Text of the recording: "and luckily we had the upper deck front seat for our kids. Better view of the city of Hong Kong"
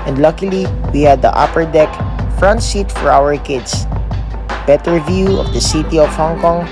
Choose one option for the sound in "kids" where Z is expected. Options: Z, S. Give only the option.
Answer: S